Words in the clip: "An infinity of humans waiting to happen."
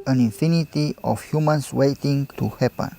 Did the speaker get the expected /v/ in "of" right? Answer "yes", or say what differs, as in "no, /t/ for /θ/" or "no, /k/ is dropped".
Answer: no, /f/ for /v/